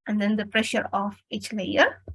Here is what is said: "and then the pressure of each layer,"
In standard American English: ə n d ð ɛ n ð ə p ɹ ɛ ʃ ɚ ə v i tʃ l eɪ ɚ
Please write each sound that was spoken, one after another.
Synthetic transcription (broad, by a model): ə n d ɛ n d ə p ɹ ɛ ʃ ɚ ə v i tʃ l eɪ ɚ